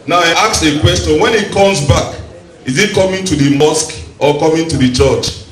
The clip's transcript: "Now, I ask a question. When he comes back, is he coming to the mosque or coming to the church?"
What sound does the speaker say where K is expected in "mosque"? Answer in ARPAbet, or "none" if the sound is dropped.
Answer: K